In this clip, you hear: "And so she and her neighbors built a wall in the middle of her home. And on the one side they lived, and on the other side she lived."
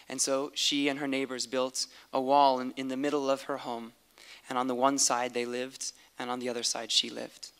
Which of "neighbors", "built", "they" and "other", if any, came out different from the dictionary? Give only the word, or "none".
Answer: none